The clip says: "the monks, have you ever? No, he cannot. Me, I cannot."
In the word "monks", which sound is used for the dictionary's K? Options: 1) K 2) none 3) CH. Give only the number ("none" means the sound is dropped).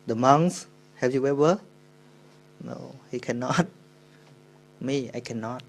2